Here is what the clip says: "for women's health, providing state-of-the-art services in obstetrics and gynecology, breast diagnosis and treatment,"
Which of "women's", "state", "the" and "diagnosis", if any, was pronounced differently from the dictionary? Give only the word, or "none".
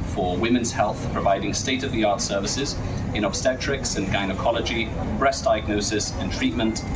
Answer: none